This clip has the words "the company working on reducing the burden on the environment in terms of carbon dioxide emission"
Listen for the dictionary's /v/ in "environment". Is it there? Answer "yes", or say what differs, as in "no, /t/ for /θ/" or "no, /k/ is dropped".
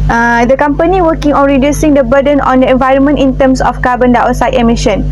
yes